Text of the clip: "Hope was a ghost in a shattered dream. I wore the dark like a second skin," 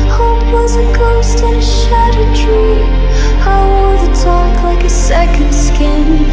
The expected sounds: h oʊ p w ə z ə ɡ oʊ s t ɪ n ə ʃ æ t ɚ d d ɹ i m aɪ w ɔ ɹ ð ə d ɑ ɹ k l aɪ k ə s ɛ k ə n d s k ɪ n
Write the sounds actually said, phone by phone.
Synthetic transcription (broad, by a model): h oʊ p w ə z ə ɡ oʊ s t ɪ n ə ʃ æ t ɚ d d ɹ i aɪ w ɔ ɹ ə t ɑ k l aɪ k ə s ɛ k ə n d s k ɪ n